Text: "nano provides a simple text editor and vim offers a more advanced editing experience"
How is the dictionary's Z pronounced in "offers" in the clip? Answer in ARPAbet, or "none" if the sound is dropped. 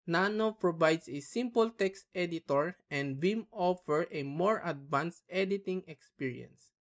none